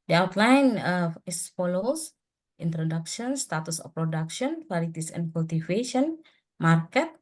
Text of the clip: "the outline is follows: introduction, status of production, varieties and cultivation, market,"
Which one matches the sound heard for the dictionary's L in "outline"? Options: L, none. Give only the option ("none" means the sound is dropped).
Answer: L